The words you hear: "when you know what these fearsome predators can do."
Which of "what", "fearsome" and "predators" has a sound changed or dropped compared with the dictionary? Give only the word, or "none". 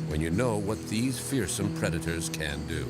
none